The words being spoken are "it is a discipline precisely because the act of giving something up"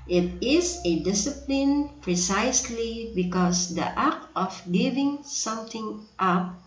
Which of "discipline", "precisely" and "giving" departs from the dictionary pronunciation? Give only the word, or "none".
none